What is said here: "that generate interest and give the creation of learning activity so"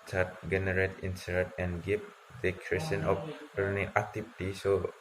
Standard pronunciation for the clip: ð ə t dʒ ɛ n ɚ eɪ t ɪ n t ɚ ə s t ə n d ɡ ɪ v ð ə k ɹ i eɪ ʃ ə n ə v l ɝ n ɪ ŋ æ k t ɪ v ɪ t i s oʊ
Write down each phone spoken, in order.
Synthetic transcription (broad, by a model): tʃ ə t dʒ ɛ n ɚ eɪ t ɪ n s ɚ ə t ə n ɡ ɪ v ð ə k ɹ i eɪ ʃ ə n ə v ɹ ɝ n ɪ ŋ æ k t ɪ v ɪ t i s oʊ